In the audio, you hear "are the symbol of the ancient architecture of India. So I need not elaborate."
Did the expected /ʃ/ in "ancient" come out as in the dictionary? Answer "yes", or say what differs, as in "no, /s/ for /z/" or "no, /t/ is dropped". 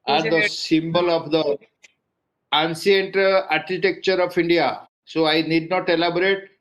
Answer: no, /s/ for /ʃ/